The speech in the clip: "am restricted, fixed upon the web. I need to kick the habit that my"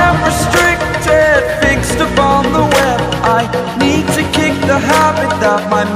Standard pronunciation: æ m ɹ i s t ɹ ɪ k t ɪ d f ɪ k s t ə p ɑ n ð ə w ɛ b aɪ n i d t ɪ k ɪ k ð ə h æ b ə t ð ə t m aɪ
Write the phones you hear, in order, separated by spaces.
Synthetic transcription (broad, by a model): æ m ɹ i s t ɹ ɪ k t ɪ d f ɪ k s t ə p ɑ n ð ə w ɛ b aɪ n i d t ɪ k ɪ k ð ə h æ b ə t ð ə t m aɪ